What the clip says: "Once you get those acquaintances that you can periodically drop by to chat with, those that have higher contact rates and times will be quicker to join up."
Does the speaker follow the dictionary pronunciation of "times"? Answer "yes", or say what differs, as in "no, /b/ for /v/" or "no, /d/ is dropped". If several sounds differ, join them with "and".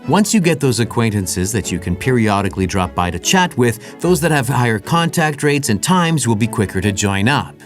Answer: yes